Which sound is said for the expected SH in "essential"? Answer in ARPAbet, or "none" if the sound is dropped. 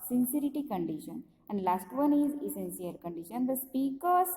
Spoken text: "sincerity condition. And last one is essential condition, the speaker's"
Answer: S